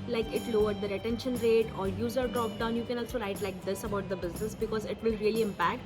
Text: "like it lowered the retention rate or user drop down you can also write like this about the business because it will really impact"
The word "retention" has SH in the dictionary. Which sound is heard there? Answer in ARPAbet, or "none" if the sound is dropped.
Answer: SH